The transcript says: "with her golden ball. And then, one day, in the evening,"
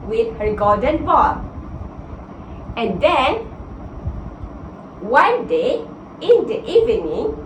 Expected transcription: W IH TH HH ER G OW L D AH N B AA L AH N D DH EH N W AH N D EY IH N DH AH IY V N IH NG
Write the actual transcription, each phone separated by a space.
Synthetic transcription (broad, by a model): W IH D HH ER G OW D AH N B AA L AH N D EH N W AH N D EY IH N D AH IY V N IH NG